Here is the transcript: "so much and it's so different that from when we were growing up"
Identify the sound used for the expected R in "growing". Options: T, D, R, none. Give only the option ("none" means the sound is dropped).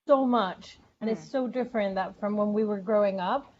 R